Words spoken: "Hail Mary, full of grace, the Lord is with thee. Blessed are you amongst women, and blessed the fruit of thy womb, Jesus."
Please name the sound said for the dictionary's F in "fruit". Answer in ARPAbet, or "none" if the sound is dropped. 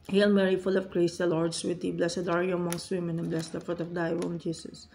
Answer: F